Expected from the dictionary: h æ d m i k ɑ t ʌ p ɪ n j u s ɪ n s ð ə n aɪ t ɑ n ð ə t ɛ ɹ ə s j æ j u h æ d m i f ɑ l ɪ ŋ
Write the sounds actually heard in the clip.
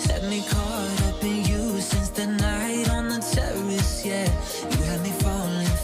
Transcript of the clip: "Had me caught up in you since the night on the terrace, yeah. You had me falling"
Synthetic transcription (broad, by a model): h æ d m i k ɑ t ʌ b ɪ n j u s ɪ n s ð ə n aɪ t n ð ə t ɛ ɹ ə s j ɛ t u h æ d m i f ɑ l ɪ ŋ